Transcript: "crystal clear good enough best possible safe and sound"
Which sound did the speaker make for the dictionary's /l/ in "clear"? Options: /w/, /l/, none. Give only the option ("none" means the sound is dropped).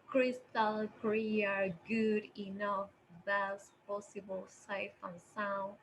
none